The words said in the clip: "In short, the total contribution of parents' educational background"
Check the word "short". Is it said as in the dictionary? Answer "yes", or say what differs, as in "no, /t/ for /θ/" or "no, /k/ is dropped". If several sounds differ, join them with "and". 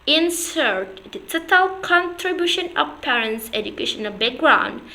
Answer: no, /s/ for /ʃ/